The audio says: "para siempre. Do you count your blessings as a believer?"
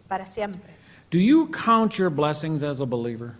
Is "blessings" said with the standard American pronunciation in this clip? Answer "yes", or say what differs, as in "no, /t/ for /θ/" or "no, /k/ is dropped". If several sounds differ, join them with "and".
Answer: yes